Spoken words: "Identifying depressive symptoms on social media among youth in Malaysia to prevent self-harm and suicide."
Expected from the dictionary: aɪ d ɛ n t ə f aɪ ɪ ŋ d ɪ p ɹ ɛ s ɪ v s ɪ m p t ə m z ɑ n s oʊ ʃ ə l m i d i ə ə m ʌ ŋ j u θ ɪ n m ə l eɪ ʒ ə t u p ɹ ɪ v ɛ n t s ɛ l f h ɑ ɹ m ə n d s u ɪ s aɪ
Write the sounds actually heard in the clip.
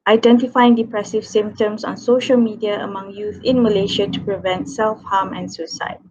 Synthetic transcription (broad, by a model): aɪ d ɛ n t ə f aɪ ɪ ŋ d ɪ p ɹ ɛ s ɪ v s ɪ m p t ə m s ɑ n s oʊ ʃ ə l m i d i ə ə m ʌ ŋ j u θ ɪ n m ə l eɪ ʃ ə t u p ɹ ɪ v ɛ n t s ɛ l f h ɑ m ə n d s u s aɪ